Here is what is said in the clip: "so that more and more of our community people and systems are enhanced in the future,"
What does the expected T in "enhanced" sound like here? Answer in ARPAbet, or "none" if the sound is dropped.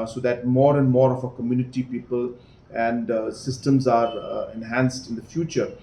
T